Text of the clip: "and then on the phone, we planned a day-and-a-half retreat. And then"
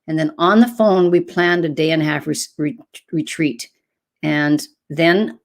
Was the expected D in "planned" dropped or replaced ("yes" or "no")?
no